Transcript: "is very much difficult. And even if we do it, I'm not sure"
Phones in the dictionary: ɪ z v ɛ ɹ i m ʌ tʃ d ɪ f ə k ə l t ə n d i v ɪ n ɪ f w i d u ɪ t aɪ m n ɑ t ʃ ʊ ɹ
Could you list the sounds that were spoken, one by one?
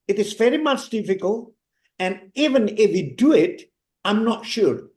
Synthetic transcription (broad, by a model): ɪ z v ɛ ɹ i m ʌ tʃ d ɪ f ə k ə l t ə n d i v ɪ n ɪ f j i d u ɪ t aɪ m n ɑ t ʃ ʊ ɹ